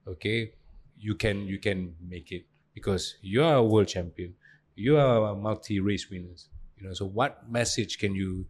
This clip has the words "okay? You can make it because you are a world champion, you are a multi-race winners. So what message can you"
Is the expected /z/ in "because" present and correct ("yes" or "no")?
no